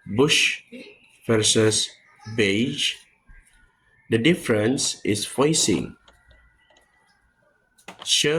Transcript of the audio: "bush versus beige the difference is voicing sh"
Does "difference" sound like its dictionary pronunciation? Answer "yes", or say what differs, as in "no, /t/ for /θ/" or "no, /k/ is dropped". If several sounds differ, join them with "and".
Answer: yes